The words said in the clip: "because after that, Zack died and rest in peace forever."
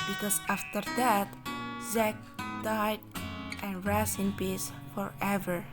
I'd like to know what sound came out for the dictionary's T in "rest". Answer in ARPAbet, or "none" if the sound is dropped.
none